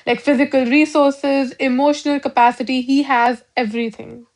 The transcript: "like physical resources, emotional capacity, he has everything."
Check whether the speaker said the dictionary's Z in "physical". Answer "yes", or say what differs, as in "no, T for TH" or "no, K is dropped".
yes